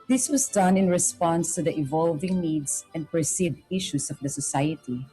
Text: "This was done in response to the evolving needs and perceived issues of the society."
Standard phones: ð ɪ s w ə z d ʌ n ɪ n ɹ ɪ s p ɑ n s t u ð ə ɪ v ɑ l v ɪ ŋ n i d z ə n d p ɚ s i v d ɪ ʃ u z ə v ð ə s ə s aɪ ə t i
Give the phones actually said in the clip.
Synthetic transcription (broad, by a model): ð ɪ s w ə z d ʌ n ɪ n ɹ ɪ s p ɑ n s t u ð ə ɪ v ɑ l v ɪ ŋ n i d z ə n d p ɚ s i d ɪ ʃ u s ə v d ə s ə s aɪ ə t i